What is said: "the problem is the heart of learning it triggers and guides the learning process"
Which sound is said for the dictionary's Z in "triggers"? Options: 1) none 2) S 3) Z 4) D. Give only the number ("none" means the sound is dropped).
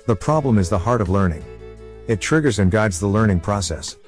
3